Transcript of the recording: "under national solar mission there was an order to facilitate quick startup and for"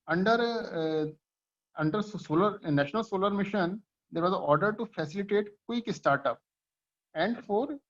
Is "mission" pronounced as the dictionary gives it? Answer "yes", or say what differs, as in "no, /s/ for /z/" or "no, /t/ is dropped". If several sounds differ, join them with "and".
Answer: yes